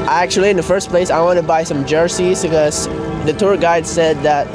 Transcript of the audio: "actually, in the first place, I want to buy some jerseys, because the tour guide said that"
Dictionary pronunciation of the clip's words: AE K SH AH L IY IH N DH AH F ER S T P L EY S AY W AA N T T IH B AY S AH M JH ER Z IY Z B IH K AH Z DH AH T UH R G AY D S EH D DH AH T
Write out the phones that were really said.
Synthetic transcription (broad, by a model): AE K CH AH L IY IH N DH AH F ER S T P L EY S AY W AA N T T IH B AY S AH M JH ER S IY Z B IH K AH Z DH AH T UH R G AY D S EH D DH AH T